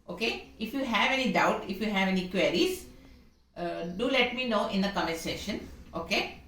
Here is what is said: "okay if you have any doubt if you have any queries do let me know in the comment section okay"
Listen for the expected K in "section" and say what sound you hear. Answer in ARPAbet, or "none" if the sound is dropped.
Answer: none